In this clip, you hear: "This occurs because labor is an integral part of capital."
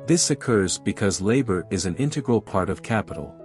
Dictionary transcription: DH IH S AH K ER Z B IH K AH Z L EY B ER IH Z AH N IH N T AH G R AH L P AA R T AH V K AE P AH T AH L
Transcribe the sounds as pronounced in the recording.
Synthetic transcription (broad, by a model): DH IH S AH K ER Z B IH K AH Z L EY B ER IH Z AH N IH N T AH G R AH L P AA R T AH V K AE P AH T L